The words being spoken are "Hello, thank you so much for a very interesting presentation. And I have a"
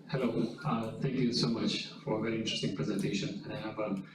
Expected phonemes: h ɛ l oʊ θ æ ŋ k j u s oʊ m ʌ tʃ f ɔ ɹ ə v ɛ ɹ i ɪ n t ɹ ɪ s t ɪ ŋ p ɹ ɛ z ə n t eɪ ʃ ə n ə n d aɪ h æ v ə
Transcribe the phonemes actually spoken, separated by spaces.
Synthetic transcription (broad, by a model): h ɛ l oʊ t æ ŋ k j u s oʊ m ʌ tʃ f ɔ ɹ ə v ɛ ɹ i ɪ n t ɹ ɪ s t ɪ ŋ p ɹ ɛ z ə n t eɪ ʃ ə n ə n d aɪ h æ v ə